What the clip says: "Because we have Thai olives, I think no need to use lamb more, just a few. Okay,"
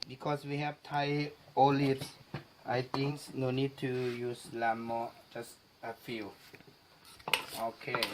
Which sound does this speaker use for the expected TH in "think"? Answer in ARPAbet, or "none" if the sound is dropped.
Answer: T